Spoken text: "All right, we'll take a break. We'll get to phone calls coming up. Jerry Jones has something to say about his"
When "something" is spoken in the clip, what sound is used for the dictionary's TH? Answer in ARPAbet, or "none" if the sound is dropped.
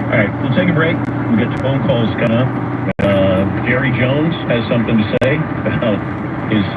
TH